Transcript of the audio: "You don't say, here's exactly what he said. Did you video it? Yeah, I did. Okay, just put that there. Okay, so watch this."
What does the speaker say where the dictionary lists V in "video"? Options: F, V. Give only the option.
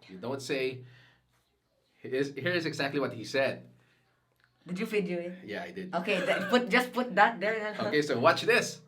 F